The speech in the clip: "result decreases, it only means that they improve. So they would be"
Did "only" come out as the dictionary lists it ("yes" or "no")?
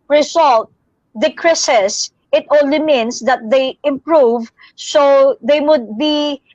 no